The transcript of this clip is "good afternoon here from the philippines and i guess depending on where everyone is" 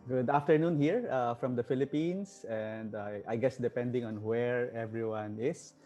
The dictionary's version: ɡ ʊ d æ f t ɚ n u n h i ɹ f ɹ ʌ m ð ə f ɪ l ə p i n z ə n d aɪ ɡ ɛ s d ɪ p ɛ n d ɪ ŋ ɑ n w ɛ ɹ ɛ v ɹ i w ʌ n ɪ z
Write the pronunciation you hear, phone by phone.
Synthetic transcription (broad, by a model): ɡ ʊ d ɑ f t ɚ n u n h i ɹ f ɹ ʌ m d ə f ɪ l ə p i n s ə n d aɪ ɡ ɛ s d ɪ p ɛ n d ɪ ŋ ɑ n w ɛ ɹ ɛ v ɹ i w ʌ n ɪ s